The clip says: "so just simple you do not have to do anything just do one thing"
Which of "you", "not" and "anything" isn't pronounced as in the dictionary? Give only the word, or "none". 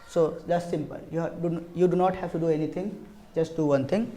anything